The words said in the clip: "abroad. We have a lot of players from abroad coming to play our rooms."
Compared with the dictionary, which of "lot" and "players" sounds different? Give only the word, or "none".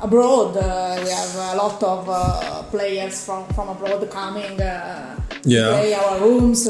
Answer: players